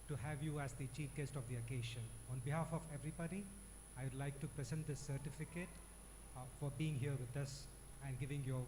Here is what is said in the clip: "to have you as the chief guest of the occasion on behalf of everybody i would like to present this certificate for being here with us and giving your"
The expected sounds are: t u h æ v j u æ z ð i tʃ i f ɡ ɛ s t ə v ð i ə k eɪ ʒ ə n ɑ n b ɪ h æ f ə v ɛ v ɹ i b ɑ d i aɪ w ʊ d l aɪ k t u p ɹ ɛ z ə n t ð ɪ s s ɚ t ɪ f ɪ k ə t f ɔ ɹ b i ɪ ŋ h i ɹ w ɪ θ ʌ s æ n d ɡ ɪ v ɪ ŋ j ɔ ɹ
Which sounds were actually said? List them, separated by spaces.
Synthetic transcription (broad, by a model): t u h æ v j u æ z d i tʃ i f ɡ ɛ s t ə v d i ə k eɪ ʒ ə n ɑ n b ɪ h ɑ f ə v ɛ v ɹ i b ɑ d i aɪ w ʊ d l aɪ k t u p ɹ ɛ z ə n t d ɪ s s ɚ t ɪ f ɪ k ə t f ɔ ɹ b i ɪ ŋ h i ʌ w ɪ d ʌ s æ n d ɡ ɪ v ɪ ŋ j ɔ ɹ